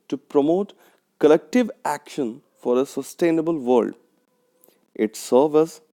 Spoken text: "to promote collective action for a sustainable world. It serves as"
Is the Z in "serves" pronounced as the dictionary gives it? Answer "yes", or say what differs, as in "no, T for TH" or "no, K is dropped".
no, Z is dropped